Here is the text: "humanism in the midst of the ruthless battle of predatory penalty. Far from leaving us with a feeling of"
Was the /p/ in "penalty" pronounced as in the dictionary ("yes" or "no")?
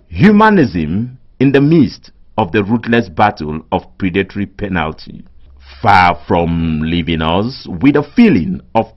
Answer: yes